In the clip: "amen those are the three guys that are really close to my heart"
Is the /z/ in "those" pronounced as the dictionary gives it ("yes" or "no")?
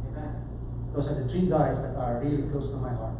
no